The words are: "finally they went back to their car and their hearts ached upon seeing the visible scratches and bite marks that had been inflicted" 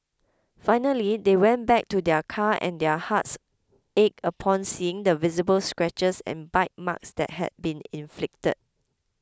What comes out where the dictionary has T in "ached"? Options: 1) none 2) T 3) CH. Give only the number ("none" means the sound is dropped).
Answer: 1